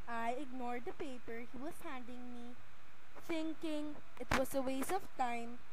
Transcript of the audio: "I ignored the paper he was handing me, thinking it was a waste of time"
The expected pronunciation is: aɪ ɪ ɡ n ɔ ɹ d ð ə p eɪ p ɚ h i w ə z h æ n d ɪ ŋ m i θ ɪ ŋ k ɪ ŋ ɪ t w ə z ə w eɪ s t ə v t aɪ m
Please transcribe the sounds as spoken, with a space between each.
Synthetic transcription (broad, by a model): aɪ ɪ ɡ n ɔ ɹ d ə p eɪ p ɚ h i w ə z h æ n d ɪ ŋ m i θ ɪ ŋ k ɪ ŋ ɪ t w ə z ə w eɪ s ə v t aɪ m